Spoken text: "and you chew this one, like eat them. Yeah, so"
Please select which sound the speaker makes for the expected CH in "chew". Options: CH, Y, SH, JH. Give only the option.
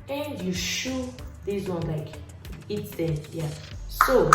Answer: SH